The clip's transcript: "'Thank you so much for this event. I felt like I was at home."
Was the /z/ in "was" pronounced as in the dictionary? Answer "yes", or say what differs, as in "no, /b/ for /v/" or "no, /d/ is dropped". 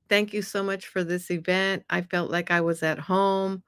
yes